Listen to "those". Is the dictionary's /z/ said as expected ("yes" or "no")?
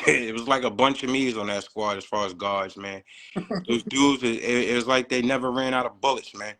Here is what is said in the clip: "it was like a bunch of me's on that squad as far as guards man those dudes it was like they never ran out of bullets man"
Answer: yes